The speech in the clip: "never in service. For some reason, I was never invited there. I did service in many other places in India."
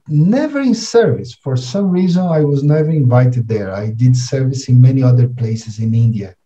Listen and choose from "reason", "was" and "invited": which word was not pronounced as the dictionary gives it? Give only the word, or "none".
none